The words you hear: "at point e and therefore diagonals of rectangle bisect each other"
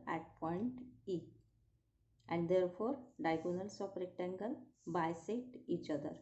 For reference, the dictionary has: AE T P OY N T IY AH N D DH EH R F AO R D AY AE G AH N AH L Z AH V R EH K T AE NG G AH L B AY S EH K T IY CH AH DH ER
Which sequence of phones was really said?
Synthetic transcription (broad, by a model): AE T P OY N T IY AH N D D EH R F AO R D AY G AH N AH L S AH P R EH K T AE NG G AH L B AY S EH T IY CH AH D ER